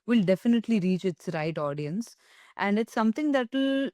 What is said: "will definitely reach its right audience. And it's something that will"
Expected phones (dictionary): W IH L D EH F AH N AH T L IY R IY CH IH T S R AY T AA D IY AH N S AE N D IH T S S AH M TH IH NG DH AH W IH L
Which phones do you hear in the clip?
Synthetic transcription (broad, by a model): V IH L D EH F AH N AH T L IY R IY CH IH T S R AY T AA D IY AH N S AE N D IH T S S AH M T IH NG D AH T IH L